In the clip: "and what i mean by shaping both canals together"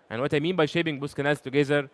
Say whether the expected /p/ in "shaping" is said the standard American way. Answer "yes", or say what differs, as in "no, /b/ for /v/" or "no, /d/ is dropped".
no, /b/ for /p/